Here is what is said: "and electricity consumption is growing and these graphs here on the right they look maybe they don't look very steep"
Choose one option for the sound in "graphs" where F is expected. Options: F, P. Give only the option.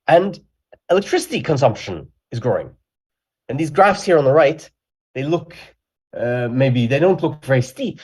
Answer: F